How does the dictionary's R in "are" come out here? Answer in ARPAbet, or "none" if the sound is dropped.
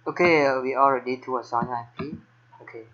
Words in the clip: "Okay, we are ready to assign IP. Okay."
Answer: L